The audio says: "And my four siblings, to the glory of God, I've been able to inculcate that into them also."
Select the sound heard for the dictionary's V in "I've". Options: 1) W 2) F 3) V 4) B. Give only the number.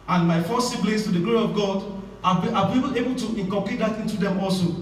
4